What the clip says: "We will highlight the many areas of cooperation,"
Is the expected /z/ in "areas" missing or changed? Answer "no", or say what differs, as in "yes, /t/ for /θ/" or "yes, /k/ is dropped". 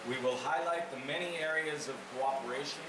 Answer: no